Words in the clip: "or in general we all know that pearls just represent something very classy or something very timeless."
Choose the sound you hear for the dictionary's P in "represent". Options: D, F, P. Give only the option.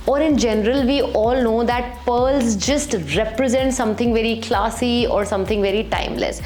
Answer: P